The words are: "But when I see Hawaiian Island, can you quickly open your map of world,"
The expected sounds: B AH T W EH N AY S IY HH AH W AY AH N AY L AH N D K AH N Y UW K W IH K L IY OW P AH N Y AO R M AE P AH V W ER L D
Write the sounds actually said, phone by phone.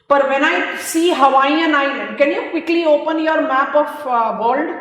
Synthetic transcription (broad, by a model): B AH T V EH N AY S IY HH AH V AY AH N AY AH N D K AH N Y UW K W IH K L IY OW P AH N Y AO R M AE P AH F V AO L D